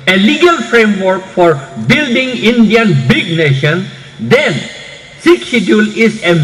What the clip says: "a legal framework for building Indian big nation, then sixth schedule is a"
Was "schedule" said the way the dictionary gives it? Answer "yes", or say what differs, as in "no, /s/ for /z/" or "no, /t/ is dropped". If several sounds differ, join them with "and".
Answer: no, /k/ is dropped